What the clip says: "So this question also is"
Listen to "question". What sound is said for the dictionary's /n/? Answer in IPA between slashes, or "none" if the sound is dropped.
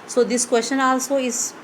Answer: /n/